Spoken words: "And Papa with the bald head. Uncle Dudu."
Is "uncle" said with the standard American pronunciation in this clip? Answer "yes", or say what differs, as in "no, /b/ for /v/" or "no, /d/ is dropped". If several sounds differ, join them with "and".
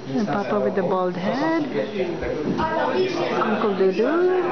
yes